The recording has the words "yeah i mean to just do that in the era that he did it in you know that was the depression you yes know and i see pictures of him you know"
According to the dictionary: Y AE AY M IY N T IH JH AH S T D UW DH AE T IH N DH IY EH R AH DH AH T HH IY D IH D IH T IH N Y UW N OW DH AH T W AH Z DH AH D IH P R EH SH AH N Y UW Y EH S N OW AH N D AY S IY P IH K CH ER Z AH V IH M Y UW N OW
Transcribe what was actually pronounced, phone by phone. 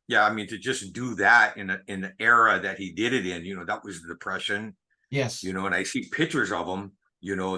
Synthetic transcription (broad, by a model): Y AE AY M IY N T IH JH AH S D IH DH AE T IH N DH IY EH R AH DH AH T HH IY D IH D IH T IH N Y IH N OW DH AH T W AH Z DH AH D IH P R EH SH AH N Y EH Y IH N OW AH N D AY S IY P IH K CH ER Z AH V IH M Y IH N OW